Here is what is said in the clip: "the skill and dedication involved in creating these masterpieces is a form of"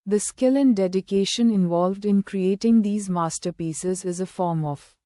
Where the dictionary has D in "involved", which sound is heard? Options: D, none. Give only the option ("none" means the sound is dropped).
D